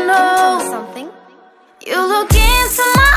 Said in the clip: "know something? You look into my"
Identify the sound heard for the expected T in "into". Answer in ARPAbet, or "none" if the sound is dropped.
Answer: S